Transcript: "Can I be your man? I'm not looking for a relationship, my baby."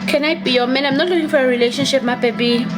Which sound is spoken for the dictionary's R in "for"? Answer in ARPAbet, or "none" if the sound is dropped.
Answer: R